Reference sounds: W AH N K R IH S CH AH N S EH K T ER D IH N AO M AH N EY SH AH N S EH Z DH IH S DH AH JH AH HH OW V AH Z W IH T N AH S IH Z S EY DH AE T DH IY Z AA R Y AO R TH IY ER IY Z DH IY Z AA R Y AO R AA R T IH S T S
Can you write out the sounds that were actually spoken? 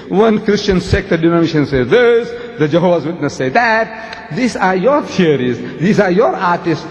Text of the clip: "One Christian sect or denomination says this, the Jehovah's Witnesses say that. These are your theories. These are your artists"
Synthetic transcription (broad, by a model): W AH N K R IH S CH AH N S EH K T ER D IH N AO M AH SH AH N S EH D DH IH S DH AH JH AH HH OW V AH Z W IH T N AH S S EY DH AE T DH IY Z AA R Y AO R T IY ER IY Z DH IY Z AA R Y AO R AA R T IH S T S